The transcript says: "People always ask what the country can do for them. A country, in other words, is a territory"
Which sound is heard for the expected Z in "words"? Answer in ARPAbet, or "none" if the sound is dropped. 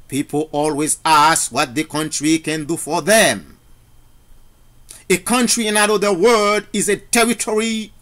none